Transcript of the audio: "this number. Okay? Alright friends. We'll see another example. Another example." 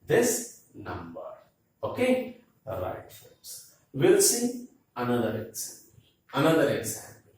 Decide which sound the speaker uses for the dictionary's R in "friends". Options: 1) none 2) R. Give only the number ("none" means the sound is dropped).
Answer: 1